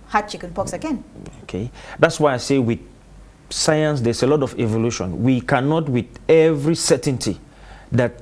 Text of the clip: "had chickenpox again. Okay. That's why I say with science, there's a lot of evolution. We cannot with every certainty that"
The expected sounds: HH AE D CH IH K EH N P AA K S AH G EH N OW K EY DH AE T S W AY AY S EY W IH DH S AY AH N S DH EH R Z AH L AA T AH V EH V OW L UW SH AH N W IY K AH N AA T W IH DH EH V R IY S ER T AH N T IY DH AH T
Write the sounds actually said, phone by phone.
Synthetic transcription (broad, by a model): HH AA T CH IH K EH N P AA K S AH G EH N OW K EY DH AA T S W AY AY S EY W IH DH S AY AH N S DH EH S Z AH L AA T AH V EH V OW L UW SH AH N W IY K AH N AA T W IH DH EH V R IY S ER T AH N T IY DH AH T